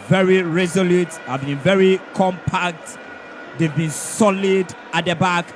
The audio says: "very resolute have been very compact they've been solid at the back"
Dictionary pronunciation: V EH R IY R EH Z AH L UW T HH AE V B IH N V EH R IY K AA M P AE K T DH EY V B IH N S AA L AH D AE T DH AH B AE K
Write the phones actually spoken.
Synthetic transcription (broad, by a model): V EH R IY R EH Z AH L UW T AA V B IH N V EH R IY K AA M P AE K T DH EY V B IH N S AA L AH D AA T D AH B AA K